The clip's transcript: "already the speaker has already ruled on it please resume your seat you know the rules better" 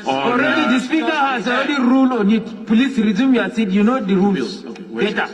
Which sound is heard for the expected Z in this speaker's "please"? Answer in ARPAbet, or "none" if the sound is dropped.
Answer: S